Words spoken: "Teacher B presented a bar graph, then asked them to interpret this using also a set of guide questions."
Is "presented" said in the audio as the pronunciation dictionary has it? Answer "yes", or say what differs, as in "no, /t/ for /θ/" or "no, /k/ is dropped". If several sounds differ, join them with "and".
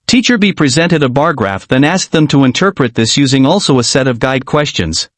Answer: yes